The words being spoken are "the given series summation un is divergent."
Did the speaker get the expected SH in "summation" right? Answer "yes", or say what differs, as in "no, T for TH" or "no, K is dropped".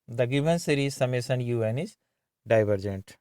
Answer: no, S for SH